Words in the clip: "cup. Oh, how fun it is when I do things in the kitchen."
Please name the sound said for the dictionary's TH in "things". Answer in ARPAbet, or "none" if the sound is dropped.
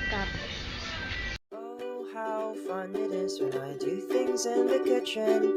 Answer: TH